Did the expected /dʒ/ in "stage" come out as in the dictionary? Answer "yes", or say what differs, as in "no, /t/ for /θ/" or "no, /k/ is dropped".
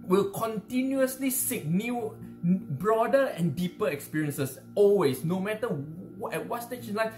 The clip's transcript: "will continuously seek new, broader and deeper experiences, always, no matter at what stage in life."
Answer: no, /ʃ/ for /dʒ/